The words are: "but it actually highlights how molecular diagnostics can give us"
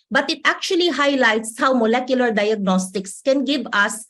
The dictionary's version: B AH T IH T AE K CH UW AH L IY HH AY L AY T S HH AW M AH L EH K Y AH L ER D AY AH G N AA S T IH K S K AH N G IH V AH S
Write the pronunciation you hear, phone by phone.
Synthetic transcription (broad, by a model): B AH T IH T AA K CH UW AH L IY HH AY L AY T S HH AW M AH L EH K Y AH L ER D AY AH G N AA S T IH K S K AH N G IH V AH S